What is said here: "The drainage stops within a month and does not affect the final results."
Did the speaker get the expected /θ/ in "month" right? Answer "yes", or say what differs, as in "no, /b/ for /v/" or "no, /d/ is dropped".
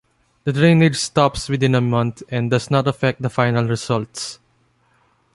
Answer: no, /t/ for /θ/